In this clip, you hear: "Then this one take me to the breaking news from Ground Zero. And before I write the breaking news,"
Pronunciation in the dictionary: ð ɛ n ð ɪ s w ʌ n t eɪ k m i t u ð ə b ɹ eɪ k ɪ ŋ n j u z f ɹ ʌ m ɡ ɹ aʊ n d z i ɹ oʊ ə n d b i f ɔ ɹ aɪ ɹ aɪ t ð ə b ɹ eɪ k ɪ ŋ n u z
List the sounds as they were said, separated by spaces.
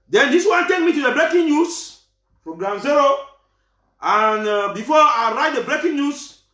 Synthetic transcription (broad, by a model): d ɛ n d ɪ s w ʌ n t eɪ k m i t u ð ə b ɹ eɪ k ɪ ŋ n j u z p ɹ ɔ ɡ ɹ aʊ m z i ɹ oʊ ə n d b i f ɔ aɪ ɹ aɪ t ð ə b ɹ eɪ k ɪ ŋ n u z